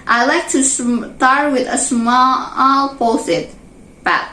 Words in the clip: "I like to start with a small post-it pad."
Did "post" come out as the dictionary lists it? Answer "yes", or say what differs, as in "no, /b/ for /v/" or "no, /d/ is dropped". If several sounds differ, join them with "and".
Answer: no, /t/ is dropped